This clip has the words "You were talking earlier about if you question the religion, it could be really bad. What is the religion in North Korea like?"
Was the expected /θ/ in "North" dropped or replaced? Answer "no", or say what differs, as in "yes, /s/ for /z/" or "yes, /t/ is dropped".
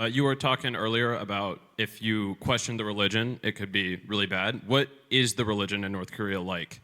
no